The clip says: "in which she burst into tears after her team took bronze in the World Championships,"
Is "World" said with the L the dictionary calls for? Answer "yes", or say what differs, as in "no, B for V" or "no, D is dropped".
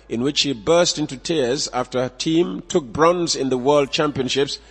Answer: yes